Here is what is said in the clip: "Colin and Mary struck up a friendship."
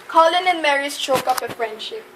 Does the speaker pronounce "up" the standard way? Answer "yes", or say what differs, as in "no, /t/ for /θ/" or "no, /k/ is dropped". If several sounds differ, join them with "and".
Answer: no, /f/ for /p/